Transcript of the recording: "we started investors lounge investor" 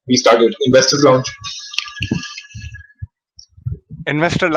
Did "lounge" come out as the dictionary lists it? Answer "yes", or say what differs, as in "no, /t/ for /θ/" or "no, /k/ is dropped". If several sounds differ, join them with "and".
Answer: no, /tʃ/ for /dʒ/